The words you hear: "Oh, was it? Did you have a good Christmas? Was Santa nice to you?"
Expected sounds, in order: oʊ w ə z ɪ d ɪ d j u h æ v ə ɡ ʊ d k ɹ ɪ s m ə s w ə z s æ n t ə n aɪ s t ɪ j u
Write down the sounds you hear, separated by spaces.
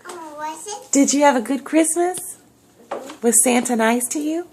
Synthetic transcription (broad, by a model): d ɪ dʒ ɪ v ə ɡ ʊ d k ɹ ɪ s m ə s w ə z s æ n t ə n aɪ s t ɪ j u